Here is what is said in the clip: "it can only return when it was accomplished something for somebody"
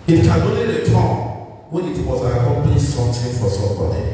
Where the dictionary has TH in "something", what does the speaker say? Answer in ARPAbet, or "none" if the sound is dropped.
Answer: T